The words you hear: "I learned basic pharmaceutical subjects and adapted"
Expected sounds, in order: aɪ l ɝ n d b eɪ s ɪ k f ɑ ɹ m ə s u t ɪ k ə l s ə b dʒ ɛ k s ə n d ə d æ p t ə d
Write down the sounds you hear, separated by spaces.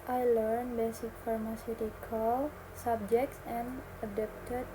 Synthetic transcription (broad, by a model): aɪ l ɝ n b eɪ s ɪ k f ɑ ɹ m ə s u t ɪ k ə l s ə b dʒ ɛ k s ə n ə d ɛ p t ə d